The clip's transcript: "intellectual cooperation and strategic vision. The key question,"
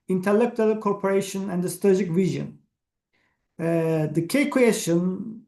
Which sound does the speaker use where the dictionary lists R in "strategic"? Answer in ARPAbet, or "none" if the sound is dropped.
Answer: none